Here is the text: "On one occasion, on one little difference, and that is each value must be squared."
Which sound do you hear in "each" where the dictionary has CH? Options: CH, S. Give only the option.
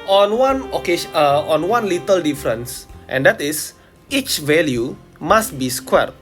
CH